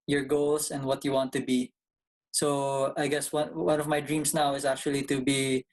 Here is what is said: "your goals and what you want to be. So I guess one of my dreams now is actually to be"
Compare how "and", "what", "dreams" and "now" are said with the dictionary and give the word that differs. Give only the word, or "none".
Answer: dreams